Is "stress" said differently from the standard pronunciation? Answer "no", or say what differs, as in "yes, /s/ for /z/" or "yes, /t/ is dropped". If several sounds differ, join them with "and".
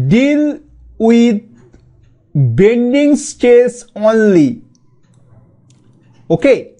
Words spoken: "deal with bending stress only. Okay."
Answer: yes, /ɹ/ is dropped